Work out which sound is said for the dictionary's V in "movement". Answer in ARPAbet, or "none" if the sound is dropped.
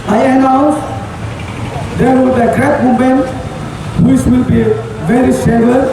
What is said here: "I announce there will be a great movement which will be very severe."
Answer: none